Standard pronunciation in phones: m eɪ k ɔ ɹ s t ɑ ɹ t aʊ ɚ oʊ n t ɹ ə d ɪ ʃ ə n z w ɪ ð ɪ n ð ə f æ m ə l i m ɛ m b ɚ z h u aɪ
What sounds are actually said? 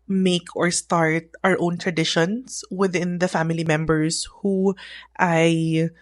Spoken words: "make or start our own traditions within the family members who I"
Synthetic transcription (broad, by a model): m eɪ k ɔ ɹ s t ɑ ɹ t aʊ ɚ oʊ n t ɹ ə d ɪ ʃ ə n s w ɪ ð ɪ n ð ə f æ m ə l i m ɛ m b ɚ s h u aɪ